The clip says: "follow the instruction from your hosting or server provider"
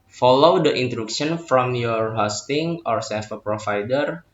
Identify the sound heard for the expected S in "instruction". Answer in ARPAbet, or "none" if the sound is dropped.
none